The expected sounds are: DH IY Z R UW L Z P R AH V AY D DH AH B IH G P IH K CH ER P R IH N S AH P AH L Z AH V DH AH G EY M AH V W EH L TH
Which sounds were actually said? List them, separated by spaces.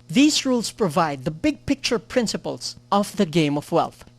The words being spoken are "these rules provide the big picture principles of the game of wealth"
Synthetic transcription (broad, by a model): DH IY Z R UW L S P R AH V AY D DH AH B IH G P IH K CH ER P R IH N S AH P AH L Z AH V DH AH G EY M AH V W EH L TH